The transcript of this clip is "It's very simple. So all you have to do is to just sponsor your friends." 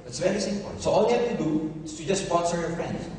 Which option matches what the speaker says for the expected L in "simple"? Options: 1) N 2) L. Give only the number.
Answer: 1